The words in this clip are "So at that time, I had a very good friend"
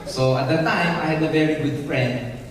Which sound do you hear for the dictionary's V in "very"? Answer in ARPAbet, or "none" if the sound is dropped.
V